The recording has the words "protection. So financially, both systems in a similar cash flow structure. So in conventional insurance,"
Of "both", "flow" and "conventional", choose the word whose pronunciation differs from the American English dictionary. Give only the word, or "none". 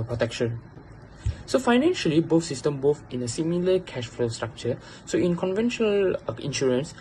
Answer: both